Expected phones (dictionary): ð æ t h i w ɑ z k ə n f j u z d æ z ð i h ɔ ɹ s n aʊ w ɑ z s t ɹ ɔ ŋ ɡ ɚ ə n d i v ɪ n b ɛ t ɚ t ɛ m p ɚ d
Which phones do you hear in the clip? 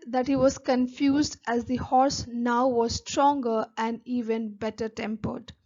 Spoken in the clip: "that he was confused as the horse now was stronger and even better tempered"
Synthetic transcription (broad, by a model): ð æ t h i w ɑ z k ə n f j u z d æ z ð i h ɔ ɹ s n aʊ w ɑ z s t ɹ ɔ ŋ ɡ ɚ ə n d i v ɪ n b ɛ t ɚ t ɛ m p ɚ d